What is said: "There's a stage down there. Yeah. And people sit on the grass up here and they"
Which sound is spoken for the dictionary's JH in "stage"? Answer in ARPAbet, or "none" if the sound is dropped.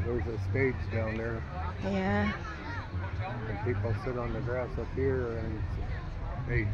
Z